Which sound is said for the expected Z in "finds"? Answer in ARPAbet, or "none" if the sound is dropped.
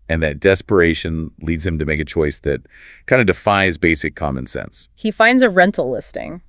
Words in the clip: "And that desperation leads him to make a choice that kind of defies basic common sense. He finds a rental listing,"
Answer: Z